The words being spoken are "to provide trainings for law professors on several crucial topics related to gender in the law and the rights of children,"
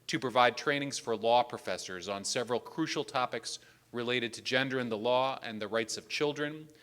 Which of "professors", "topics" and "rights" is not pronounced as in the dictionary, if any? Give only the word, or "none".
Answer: none